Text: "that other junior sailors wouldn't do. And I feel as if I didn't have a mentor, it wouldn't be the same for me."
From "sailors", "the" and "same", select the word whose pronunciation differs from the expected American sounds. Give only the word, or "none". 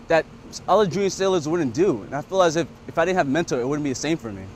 none